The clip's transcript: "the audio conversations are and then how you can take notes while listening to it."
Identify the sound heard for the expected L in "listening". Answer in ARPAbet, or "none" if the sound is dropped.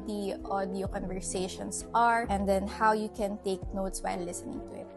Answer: L